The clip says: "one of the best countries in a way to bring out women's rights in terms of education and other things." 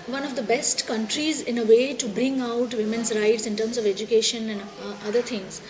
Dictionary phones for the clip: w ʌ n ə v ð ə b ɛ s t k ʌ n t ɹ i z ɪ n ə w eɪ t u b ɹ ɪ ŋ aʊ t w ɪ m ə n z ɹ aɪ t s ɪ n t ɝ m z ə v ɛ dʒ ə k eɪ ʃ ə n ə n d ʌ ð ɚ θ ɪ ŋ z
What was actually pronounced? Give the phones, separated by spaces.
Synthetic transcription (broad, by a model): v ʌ n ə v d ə b ɛ s t k ʌ n t ɹ i z ɪ n ə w eɪ t u b ɹ ɪ ŋ aʊ t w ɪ m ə n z ɹ aɪ t s ɪ n t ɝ m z ə v ɛ dʒ ə k eɪ ʃ ə n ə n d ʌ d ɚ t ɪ ŋ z